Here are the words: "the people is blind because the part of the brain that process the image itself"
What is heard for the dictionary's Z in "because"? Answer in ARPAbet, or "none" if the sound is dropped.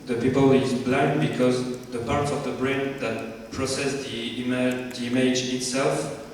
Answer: Z